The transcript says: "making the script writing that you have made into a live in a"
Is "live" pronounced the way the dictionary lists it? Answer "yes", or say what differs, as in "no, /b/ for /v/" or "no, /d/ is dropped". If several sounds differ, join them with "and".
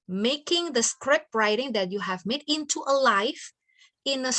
no, /f/ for /v/